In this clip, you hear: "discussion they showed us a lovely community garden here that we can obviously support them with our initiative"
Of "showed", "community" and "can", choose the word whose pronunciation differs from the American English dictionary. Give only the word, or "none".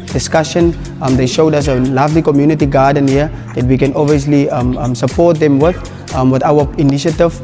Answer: none